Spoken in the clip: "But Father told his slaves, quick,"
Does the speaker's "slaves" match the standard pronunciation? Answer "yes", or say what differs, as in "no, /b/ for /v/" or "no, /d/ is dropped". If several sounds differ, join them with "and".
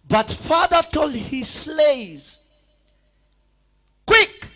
no, /v/ is dropped